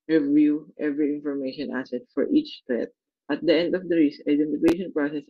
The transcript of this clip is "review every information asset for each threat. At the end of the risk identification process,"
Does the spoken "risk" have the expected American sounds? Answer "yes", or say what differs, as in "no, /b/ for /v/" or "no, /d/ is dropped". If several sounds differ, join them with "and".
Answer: no, /k/ is dropped